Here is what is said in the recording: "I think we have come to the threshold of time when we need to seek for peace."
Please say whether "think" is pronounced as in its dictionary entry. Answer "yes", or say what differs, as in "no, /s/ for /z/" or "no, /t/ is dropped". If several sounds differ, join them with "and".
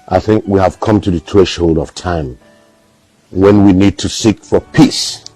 yes